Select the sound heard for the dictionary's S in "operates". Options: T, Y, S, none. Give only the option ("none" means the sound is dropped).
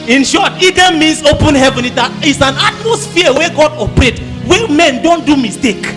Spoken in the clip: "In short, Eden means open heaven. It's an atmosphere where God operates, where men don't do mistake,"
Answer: none